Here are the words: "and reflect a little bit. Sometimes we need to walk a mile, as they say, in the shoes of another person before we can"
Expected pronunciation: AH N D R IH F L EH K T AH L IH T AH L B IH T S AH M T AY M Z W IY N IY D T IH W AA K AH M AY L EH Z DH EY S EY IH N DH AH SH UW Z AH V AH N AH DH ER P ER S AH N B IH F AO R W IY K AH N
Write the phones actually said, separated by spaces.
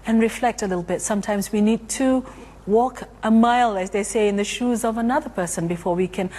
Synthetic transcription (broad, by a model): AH N R IH F L EH K T AH L IH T L B IH T S AH M T AY M Z W IY N IY D T IH W AA K AH M AY L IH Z DH EY S EY IH N DH AH SH UW Z AH V AH N AH DH ER P ER S AH N B IH F AO R W IY K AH N